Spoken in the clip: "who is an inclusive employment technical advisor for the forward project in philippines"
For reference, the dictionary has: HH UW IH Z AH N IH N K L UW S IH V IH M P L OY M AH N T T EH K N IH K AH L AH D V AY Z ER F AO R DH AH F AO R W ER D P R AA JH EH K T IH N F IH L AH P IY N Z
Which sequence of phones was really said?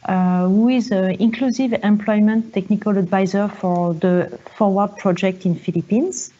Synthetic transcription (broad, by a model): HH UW IH Z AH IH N K L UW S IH V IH M P L OY M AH N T T EH K N IH K AH L AH D V AY Z ER F AO R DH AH F AO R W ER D P R AA JH EH K T IH N F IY L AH P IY N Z